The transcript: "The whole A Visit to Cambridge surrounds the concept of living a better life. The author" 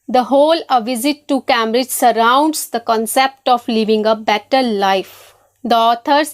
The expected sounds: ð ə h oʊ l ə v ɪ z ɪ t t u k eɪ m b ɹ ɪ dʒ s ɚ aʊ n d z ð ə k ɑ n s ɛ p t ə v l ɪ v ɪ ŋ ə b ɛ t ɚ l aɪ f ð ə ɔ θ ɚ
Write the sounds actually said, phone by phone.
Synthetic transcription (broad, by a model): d ə h oʊ l ə v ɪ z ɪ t t u k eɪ m ɹ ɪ dʒ s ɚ aʊ n d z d ə k ɑ n s ɛ p t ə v l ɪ v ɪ ŋ ə b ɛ t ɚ l aɪ f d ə ɔ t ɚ